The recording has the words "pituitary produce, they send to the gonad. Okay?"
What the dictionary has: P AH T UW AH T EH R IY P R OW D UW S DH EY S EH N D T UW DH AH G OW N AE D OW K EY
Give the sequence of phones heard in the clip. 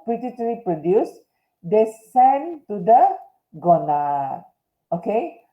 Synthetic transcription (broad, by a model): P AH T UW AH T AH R IY P R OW D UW S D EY S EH N T UW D AH G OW N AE OW K EY